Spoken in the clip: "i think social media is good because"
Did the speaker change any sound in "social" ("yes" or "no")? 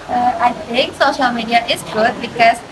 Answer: no